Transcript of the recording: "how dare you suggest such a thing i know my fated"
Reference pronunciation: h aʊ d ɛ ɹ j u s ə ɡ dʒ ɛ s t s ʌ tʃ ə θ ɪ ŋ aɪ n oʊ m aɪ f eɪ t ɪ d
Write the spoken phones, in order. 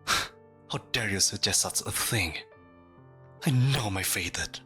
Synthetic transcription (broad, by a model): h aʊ d ɛ ɹ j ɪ s ə ɡ dʒ ɛ s t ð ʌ s ə θ ɪ ŋ aɪ n oʊ m aɪ f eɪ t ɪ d